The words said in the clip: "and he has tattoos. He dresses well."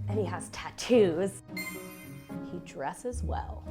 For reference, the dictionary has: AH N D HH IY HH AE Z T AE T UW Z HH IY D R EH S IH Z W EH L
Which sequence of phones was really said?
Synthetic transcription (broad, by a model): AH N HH IY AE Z T AE T UW Z HH IY D R EH S IH Z W EH L